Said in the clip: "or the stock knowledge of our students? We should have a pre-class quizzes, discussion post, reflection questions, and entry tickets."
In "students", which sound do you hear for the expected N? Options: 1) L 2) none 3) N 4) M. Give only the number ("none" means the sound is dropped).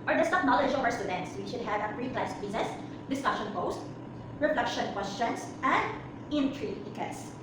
3